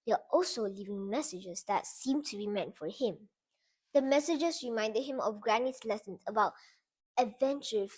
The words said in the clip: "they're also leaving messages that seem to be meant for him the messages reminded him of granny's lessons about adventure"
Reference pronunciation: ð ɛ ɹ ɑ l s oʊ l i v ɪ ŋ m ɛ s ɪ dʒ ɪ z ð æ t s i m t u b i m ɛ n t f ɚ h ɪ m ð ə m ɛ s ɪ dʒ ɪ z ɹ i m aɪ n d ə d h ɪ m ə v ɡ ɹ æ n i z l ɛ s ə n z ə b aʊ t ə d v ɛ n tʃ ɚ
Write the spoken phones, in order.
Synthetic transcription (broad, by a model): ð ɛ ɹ ɑ l s oʊ l i v ɪ ŋ m ɛ s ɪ dʒ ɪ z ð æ t s i m t u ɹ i m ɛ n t f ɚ h ɪ m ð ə m ɛ s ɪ dʒ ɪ s ɹ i m aɪ n d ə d h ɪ m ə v ɡ ɹ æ n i s l ɛ s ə n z ə b aʊ t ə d v ɛ n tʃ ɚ